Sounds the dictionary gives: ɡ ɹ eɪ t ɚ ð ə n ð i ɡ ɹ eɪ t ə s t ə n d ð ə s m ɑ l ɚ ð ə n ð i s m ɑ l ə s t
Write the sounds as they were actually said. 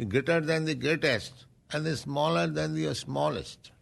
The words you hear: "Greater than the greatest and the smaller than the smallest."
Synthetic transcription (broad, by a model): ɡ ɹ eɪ t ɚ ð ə n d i ɡ eɪ t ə s t ə n d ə s m ɑ l ɚ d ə n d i s m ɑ l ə s t